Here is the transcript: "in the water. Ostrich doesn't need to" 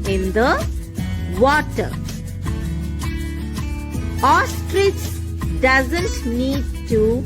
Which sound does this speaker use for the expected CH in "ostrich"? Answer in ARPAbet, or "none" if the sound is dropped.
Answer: S